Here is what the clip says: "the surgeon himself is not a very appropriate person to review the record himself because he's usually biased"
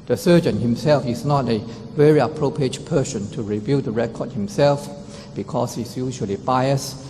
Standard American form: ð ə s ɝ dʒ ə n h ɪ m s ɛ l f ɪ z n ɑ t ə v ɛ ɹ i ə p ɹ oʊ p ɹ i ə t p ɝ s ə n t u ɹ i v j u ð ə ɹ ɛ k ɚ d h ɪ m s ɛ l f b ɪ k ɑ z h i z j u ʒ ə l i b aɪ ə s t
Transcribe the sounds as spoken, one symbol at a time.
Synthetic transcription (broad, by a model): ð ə s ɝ dʒ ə n h ɪ m s ɛ l f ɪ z n ɑ t ə v ɛ ɹ i ə p ɹ oʊ p ɹ i ə t p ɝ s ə n t u ɹ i v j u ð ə ɹ ɛ k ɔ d h ɪ m s ɛ l f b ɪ k ɑ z h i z j u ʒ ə l i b aɪ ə s